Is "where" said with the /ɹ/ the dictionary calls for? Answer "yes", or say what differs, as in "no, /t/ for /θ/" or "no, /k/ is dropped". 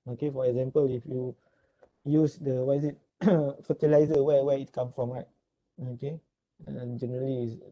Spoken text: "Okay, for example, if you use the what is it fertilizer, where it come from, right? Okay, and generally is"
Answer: no, /w/ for /ɹ/